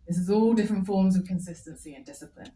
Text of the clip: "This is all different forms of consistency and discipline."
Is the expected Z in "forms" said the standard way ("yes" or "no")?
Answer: yes